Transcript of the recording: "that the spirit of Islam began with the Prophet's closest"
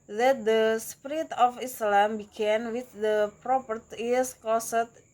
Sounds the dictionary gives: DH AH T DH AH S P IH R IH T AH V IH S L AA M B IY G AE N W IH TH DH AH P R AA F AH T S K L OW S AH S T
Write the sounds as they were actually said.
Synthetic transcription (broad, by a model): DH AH T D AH S P R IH T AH F IH S L AA M B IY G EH N W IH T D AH P R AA P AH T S K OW S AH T